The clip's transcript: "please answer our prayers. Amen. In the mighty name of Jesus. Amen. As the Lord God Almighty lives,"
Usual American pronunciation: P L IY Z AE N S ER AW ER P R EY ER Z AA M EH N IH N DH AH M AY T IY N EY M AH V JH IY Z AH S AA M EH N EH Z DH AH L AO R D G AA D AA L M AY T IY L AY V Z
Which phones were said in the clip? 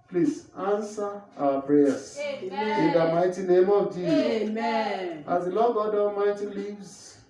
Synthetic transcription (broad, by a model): P L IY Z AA N S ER AW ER P R EY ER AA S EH IH N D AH M AY T IY N EY M AH V JH IY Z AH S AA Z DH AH L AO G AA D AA M AY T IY L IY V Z